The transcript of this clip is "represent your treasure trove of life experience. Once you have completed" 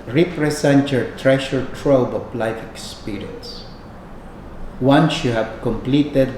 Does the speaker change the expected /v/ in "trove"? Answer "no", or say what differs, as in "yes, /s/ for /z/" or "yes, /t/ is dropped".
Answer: yes, /b/ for /v/